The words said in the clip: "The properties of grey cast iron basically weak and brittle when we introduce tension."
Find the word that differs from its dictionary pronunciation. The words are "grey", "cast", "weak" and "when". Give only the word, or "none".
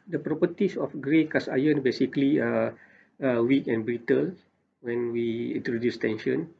cast